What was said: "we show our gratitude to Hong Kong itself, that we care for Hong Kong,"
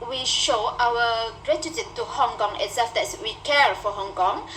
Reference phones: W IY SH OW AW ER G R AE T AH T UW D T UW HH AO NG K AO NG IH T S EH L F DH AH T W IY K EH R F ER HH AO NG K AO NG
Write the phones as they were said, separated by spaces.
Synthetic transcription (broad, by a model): W IY SH OW AW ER G R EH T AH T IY T UW HH AO NG K AO NG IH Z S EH F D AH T W IY K EH R F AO HH AO NG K AO NG